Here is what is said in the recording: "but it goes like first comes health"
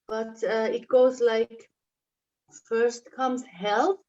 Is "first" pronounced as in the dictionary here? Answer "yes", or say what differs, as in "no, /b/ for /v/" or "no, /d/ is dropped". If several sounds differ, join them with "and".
yes